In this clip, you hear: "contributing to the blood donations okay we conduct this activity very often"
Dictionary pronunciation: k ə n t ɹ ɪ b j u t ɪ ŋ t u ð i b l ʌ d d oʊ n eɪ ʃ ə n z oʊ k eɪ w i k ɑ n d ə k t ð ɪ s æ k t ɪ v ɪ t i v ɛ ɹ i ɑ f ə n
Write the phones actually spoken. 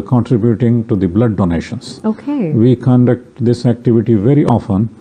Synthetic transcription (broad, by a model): k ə n t ɹ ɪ b j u t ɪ ŋ t u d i b l ʌ d d oʊ n eɪ ʃ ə n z oʊ k eɪ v i k ɑ n d ə k t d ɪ s æ k t ɪ v ɪ t i v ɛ ɹ i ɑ f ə n